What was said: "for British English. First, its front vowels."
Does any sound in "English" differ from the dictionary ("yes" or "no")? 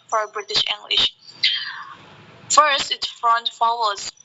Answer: no